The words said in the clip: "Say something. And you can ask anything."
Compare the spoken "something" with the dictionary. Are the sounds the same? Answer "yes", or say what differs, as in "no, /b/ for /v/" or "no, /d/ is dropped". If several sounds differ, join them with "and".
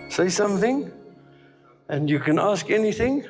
yes